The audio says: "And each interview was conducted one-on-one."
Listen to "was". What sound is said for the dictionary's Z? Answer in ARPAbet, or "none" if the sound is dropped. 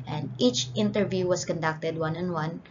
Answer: S